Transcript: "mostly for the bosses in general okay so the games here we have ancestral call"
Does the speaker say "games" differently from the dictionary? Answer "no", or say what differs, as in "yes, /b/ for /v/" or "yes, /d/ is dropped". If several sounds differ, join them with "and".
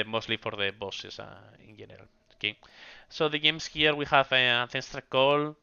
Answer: yes, /s/ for /z/